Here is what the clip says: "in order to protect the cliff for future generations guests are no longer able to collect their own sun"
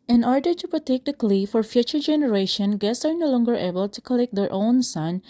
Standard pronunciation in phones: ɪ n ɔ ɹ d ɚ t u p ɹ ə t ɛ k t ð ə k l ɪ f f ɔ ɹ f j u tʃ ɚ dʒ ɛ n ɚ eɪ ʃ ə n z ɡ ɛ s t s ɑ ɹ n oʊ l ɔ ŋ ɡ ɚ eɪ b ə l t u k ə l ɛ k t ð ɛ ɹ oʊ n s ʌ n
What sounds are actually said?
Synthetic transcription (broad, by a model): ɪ n ɔ ɹ d ɚ t u p ɹ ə t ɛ k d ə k l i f f ɔ ɹ f j u tʃ ɚ dʒ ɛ n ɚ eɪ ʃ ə n ɡ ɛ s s ɑ ɹ n oʊ l ɔ ŋ ɡ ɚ eɪ b ə l t u k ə l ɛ k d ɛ ɹ oʊ n s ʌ n